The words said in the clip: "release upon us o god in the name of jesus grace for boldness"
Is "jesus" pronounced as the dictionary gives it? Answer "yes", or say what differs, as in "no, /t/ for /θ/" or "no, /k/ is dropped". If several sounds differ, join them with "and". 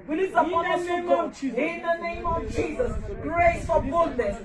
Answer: yes